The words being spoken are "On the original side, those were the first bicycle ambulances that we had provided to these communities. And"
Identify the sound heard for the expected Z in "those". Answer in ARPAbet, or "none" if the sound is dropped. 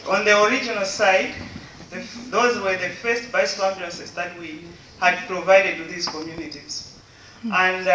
Z